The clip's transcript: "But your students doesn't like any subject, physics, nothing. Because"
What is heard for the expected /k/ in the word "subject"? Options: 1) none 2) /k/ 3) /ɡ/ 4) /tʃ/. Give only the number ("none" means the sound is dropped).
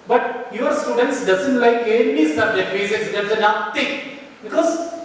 1